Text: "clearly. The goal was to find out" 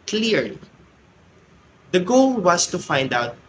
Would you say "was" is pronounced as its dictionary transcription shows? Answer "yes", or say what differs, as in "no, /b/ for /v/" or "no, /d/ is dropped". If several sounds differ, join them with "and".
no, /s/ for /z/